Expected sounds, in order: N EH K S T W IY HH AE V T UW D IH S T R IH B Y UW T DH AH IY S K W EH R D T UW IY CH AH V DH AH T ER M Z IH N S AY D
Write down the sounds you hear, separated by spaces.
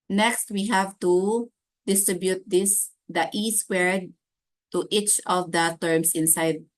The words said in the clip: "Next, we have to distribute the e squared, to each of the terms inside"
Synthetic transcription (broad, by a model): N EH K S T W IY HH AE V T UW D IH S T R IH B Y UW T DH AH IY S W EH R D T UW IY CH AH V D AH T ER M S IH N S AY D